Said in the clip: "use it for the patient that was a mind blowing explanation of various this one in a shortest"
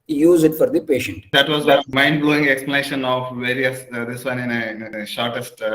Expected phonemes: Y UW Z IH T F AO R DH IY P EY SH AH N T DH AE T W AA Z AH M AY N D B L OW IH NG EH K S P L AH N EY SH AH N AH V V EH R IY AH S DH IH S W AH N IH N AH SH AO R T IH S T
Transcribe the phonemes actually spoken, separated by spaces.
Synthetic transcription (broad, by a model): Y UW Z IH T F AO R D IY P EY SH AH N T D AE T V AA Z AH M AY N D B L OW IH NG EH K S P L AH N EY SH AH N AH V V EH R IY AH S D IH S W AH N IH N AH SH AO R T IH S T